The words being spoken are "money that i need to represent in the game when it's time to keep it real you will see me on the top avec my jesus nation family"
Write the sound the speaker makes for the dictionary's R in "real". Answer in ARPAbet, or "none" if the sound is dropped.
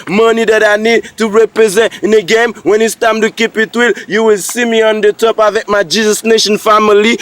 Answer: W